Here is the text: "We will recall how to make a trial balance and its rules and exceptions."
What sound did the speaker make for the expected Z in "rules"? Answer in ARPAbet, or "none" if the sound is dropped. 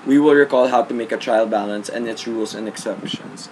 S